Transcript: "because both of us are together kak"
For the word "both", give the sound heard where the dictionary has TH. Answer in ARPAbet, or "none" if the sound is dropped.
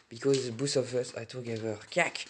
S